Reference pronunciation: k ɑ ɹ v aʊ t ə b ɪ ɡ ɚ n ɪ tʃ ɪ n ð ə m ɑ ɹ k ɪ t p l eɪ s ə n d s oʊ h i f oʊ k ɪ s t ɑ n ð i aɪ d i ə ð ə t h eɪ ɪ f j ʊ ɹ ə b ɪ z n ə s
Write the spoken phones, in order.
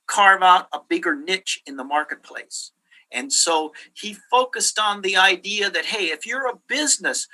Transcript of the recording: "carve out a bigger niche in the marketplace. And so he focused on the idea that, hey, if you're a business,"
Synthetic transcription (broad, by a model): k ɑ ɹ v aʊ t ə b ɪ ɡ ɚ n ɪ tʃ ɪ n ð ə m ɑ ɹ k ɪ t p l eɪ s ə n s oʊ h i f oʊ k ɪ s t n ð i aɪ d i ə ð ə t h eɪ ɪ f j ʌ ɹ ə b ɪ z n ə s